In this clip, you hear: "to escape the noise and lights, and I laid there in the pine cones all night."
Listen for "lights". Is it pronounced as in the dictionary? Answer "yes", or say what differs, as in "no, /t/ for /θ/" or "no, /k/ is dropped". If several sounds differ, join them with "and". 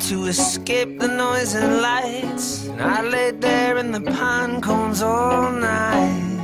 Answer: yes